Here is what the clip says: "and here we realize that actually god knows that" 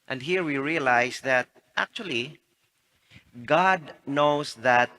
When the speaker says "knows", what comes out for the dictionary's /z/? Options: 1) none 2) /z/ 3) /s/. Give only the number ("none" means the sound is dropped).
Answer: 3